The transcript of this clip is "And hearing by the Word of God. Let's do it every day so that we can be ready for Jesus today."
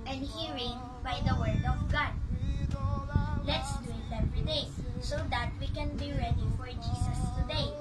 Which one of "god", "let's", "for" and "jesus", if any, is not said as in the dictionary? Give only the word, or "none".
jesus